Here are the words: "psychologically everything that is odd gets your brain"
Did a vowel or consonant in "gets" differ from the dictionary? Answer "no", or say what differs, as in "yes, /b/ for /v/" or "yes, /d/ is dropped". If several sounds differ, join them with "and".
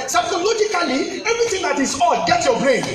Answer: yes, /s/ is dropped